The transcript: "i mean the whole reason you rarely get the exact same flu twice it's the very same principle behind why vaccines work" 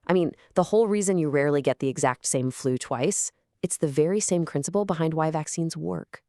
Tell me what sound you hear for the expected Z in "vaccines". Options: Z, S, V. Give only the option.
Z